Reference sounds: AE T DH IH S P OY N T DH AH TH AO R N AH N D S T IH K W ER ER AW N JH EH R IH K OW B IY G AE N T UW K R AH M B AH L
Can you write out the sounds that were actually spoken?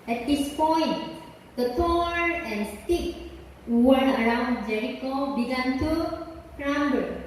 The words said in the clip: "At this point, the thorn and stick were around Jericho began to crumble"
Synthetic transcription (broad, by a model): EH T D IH S P OY N T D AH T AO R AH N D S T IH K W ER ER AW N JH EH R IH K OW B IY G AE N T UW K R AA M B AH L